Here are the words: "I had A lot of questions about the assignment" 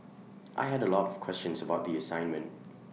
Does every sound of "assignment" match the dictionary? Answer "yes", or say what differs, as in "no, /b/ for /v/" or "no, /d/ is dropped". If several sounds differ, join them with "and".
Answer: yes